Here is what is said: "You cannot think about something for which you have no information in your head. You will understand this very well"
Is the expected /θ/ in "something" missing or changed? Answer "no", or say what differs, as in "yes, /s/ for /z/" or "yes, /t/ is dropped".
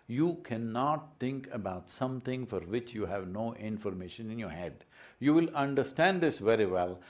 yes, /t/ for /θ/